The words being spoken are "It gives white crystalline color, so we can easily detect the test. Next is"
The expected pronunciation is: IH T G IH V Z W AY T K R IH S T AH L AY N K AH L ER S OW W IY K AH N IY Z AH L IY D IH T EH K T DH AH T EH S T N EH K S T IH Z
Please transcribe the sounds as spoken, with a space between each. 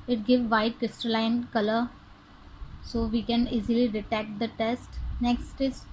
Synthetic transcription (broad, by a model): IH T G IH V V AY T K R IH S T AH L AY N K AH L ER S OW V IY K AH N IY Z AH L IY D IH T EH K T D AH T EH S T N EH K S T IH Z